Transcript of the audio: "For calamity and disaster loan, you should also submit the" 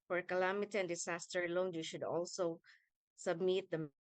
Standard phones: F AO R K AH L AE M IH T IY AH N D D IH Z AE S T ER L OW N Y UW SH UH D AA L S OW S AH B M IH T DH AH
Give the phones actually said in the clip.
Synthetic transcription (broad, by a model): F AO R K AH L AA M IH T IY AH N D D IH S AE S T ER L OW N Y UW SH UH D AA L S OW S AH B M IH T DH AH